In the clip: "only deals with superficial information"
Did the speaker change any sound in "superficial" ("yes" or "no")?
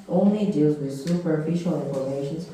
no